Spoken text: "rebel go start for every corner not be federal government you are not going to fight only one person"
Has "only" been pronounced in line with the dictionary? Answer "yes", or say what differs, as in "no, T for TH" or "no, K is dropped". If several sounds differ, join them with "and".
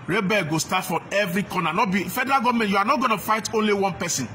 yes